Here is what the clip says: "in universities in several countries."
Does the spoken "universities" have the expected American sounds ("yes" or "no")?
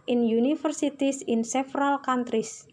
no